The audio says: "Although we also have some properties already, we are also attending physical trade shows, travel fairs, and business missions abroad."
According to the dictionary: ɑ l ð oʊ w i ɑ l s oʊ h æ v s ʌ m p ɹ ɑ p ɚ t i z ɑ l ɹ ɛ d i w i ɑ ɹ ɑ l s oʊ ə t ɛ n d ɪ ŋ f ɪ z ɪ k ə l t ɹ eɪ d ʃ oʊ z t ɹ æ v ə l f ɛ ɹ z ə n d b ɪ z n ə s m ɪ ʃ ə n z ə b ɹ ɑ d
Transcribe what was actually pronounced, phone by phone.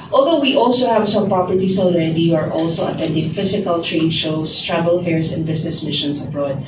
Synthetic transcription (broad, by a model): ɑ l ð oʊ w i ɑ l s oʊ h æ v s ʌ m p ɹ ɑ p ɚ t i s ɑ l ɹ ɛ d i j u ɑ ɹ ɑ l s oʊ ə t ɛ n d ɪ ŋ f ɪ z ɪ k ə l t ɹ eɪ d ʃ oʊ s t ɹ æ v ə l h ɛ ɹ s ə n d b ɪ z n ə s m ɪ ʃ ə n s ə b ɹ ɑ d